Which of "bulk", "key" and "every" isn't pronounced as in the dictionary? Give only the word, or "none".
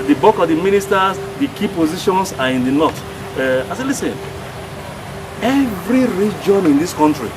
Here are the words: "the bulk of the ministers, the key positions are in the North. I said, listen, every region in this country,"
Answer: bulk